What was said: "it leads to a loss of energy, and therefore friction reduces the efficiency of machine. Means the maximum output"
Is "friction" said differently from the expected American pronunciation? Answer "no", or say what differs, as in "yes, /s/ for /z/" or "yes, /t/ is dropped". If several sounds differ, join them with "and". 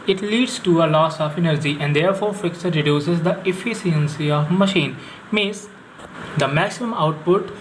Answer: yes, /s/ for /ʃ/